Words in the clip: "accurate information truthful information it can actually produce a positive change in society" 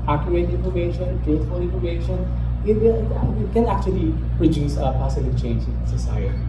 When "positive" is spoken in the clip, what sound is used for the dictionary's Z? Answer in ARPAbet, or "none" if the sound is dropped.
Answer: S